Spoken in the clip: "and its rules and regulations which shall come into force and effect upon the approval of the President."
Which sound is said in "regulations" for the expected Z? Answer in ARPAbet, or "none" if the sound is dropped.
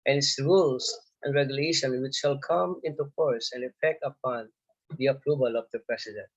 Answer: none